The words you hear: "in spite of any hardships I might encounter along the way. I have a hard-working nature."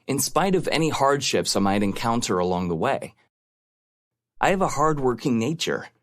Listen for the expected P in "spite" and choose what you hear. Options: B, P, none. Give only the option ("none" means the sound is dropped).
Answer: P